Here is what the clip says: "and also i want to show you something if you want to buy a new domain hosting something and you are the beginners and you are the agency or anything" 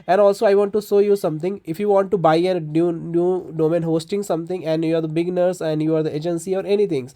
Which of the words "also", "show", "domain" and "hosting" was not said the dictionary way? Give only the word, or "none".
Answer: show